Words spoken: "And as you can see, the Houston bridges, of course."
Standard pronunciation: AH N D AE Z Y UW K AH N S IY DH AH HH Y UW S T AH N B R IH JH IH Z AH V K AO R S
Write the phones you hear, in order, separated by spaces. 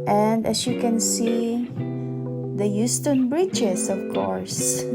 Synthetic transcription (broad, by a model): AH N D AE S Y UW K AH N S IY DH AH Y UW S T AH N B R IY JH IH S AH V K AO R S